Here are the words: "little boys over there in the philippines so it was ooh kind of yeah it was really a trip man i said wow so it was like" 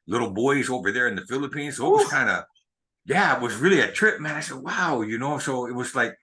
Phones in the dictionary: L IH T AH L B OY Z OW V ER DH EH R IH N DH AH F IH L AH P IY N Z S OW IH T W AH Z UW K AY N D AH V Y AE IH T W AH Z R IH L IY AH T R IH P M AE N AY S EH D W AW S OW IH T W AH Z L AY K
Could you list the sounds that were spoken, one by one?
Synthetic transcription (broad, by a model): L IH T L B OY Z OW V ER DH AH R IH N DH AH F IH L AH P IY N Z S OW IH T W AH Z K AY N D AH Y AE IH T W AH Z R IH L IY AH T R IH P M AE N AY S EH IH W AW S OW IH T W AH Z L AY K